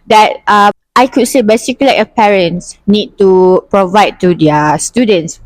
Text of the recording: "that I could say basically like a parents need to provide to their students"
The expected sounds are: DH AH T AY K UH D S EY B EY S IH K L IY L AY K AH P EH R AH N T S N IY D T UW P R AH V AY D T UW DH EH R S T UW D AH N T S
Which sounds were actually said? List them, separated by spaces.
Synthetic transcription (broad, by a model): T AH T AY K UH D S EY B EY S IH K IY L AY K AH P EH R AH N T S N IY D T UW P R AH V AY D T UW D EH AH S T UW D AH N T S